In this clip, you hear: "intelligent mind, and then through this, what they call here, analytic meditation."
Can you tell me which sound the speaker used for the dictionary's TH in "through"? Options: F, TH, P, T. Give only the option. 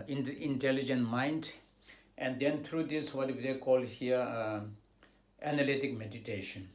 T